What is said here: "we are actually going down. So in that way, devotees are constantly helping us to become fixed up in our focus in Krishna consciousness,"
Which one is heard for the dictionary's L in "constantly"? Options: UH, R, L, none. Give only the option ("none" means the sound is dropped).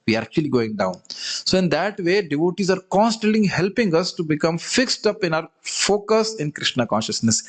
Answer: none